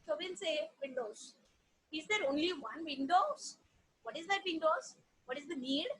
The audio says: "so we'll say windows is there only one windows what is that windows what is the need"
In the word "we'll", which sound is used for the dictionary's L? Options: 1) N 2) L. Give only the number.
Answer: 1